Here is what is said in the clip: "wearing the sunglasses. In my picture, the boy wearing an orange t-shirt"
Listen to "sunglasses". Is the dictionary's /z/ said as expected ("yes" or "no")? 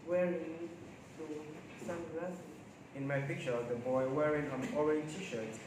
no